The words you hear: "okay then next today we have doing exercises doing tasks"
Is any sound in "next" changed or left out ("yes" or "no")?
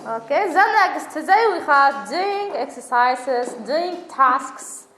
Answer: yes